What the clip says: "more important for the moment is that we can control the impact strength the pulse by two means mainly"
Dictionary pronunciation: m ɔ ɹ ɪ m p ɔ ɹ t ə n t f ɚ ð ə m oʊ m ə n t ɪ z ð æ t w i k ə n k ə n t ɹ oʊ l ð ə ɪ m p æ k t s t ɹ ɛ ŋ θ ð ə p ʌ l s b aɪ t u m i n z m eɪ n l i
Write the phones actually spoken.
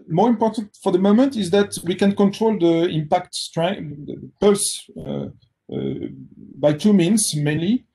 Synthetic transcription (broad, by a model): m ɔ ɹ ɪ m p ɔ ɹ t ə n t f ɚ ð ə m oʊ m ə n t ɪ z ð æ t w i k ə n k ə n t ɹ oʊ l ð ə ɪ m p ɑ k t s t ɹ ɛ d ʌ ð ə p ʌ l s b aɪ t u m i n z m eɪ n l i